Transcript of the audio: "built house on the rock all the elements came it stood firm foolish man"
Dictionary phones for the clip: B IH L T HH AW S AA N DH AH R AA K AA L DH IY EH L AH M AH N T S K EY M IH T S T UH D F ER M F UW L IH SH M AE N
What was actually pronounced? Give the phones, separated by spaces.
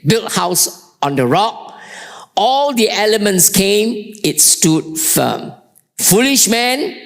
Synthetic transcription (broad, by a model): B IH L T HH AW S AA N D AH R AA K AA L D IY EH L AH M AH N T S K EY M IH T S T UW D F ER M F UW L IH SH M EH N